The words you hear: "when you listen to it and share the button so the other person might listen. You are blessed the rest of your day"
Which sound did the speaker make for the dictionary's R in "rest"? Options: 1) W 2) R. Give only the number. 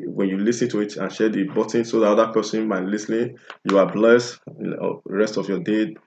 2